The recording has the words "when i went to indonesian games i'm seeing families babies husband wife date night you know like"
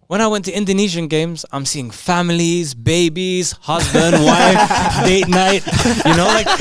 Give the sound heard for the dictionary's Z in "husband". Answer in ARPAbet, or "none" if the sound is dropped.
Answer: Z